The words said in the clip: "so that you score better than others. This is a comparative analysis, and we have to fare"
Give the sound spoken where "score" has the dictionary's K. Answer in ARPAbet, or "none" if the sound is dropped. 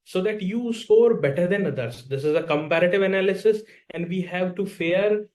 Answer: none